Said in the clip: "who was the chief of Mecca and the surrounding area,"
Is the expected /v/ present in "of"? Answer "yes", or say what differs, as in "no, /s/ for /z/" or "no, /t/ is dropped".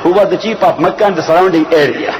no, /p/ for /v/